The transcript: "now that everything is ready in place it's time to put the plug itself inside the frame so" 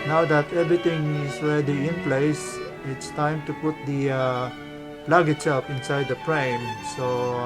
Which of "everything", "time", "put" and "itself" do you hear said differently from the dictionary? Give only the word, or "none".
everything